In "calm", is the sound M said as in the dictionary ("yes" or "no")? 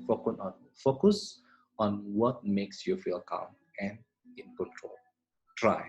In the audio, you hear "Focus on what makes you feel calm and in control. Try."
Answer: yes